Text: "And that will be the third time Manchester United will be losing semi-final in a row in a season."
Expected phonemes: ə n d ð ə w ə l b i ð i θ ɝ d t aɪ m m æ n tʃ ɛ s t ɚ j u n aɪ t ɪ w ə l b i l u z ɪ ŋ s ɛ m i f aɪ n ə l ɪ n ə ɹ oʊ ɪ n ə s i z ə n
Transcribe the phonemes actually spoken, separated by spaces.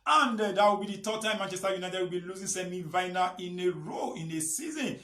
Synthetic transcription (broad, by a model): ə n d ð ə w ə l b i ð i t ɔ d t aɪ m m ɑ n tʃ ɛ s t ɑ j u n aɪ t ɪ w ə l b i l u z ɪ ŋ s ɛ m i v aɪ n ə ɪ n ə ɹ oʊ ɪ n ə s i z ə n